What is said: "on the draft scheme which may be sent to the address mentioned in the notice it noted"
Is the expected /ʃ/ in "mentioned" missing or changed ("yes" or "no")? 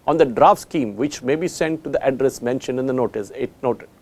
no